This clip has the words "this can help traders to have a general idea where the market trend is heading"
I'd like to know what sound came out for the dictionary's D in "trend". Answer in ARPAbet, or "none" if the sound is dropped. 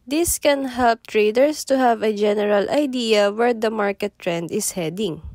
D